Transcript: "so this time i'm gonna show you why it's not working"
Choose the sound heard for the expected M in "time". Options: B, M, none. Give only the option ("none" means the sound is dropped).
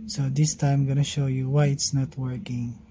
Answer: none